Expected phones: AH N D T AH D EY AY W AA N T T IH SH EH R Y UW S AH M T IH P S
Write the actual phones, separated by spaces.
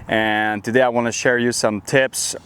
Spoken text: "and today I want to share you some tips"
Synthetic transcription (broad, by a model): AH N T AH D EY AY W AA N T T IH SH EH R Y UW S AH M T IH P S